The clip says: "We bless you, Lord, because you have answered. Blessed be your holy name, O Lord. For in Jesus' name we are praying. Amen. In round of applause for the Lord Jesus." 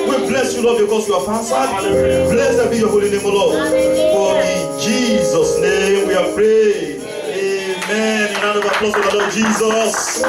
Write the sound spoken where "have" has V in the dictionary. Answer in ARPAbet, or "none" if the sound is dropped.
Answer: F